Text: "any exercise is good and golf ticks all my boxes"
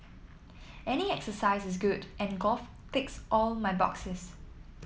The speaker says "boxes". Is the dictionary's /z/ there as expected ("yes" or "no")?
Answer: no